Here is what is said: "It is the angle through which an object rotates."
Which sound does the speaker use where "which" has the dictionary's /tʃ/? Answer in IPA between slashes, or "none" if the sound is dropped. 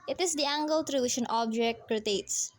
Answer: /ʃ/